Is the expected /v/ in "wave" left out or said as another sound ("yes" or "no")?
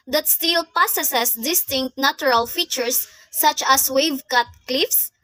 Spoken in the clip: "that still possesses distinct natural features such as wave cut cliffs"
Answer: no